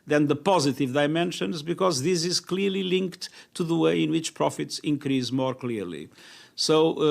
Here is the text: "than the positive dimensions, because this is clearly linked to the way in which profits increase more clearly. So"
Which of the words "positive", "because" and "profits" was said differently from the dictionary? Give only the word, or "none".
none